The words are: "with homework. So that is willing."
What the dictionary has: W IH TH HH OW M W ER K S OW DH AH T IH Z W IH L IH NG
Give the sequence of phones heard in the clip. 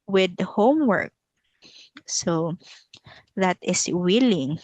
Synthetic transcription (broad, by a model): W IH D HH OW M W ER K S OW DH AH T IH S W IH L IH NG